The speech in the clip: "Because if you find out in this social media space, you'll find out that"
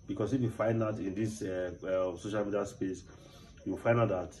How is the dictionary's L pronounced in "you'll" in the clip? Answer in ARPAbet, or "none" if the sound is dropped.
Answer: W